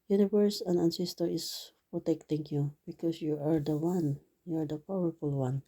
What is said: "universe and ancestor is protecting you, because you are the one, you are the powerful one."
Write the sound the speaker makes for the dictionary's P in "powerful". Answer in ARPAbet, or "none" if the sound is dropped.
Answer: P